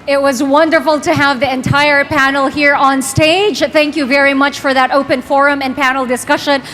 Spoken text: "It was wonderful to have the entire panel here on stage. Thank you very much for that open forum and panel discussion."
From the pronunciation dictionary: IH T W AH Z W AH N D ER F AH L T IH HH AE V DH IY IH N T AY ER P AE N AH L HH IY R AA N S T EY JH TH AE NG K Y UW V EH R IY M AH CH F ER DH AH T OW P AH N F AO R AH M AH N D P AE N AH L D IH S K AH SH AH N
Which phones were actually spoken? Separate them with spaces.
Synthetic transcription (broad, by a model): IH T W AH Z W AH N D ER F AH L T IH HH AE V DH IY IH N T AY ER P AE N L HH IY R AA N S T EY JH TH AE NG K Y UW V EH R IY M AH CH F ER DH AH T OW P AH N F AO R AH M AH N P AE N L D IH S K AH SH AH N